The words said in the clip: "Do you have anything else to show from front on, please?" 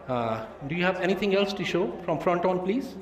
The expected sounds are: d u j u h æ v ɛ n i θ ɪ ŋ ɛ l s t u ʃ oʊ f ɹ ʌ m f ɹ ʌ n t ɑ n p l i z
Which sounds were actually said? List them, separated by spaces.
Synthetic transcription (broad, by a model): d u j u h æ v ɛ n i t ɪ ŋ ɛ l s t u ʃ oʊ f ɹ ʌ m f ɹ ʌ n t ɑ n p l i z